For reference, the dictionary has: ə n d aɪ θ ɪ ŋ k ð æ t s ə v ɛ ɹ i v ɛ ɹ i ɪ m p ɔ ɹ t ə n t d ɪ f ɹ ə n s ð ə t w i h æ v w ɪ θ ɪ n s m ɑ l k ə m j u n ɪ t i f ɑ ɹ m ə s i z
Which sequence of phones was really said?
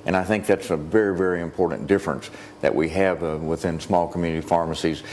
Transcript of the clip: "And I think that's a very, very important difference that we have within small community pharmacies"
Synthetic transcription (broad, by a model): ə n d aɪ θ ɪ ŋ k ð æ t s ə v ɛ ɹ i v ɛ ɹ i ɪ m p ɔ ɹ t n d ɪ f ɹ ə n s ð ə t w i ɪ v w ɪ θ ɪ n s m ɑ l k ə m j u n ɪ t i f ɑ ɹ m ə s i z